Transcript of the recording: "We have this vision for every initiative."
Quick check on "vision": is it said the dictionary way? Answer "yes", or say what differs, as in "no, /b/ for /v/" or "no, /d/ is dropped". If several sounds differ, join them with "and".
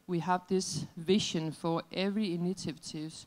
no, /ʃ/ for /ʒ/